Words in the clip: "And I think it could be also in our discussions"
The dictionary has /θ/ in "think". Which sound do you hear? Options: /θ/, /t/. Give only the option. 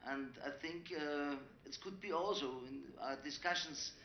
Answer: /θ/